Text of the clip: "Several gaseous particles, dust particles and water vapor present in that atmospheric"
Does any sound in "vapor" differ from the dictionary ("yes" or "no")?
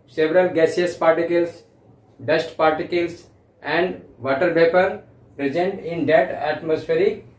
yes